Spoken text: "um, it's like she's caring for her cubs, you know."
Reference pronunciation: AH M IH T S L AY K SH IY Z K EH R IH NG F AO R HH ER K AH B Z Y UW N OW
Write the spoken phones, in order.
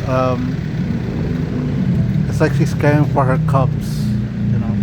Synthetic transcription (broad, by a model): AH M IH T S L AY K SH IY S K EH IH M F AO R HH ER K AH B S Y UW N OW